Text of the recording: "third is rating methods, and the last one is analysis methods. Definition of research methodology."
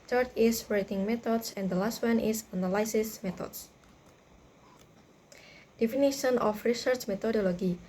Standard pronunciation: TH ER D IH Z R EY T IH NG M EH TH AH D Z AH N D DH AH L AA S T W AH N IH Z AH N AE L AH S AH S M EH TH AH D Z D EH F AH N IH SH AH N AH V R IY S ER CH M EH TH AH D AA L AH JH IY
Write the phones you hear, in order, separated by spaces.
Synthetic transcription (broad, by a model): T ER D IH S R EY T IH NG M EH T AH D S AH N D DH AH L AA S T W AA N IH S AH N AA L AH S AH S M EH T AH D S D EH F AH N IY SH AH N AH F R IY S ER CH M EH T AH D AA L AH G IY